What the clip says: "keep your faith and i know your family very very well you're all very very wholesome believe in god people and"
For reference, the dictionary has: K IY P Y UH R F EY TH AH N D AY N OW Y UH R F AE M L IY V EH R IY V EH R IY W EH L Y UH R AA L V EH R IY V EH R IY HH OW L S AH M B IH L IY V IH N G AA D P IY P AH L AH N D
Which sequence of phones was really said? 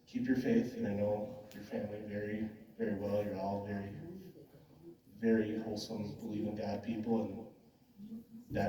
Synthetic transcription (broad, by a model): K IY P Y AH R F EY TH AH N AY N OW Y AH R F AE M L IY V EH R IY V EH R IY W EH L Y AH R AA L V EH R IY V EH R IY HH OW L S AH M B IH L IY V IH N G AA D P IY P L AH N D